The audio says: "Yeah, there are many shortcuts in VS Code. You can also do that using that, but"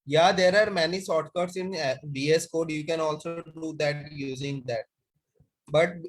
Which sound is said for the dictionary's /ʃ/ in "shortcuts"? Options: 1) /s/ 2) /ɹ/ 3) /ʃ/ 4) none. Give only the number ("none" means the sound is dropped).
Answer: 1